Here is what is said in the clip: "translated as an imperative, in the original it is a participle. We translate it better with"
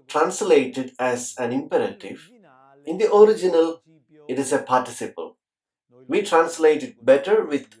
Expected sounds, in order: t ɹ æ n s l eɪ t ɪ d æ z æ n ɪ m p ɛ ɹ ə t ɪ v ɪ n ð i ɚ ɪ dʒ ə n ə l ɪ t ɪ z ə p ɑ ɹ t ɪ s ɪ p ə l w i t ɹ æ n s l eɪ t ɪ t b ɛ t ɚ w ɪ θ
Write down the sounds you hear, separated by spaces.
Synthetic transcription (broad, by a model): t ɹ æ n s l eɪ t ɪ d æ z æ n ɪ m p ɛ ɹ ə t ɪ v ɪ n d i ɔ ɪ dʒ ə n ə l ɪ t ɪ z ə p ɑ ɹ t ɪ s ɪ p ə l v i t ɹ æ n s l eɪ t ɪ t b ɛ t ɚ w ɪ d